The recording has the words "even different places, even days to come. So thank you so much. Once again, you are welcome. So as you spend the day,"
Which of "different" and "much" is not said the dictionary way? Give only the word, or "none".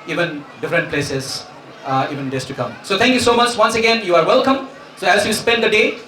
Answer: none